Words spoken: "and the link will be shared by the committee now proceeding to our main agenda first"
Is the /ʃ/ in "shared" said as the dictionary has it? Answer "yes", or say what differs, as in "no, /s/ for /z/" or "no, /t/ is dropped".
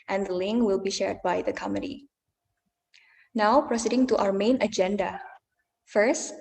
yes